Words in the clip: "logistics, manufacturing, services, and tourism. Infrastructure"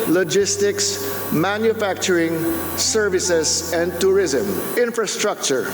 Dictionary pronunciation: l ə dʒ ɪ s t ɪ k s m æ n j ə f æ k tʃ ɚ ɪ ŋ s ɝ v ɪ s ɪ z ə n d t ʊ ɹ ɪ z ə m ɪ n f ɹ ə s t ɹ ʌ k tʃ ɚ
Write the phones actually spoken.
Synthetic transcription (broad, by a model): l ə dʒ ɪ s t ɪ k s m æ n j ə f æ k tʃ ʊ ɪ ŋ s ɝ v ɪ s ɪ s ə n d t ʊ ɹ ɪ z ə m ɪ n f ɹ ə s t ɹ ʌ k tʃ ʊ